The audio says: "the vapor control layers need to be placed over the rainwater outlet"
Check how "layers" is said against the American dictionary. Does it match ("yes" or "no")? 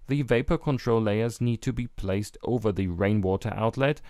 yes